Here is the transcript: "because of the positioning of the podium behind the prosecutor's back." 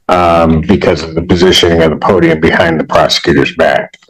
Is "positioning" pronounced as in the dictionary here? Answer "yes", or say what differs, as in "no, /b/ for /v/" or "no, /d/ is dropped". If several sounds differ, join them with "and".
yes